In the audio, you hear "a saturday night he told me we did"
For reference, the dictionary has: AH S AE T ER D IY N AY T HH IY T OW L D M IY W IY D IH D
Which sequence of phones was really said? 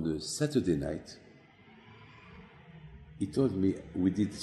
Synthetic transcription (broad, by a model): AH S AE T ER D IY N AY T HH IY T OW L D M IY W IY D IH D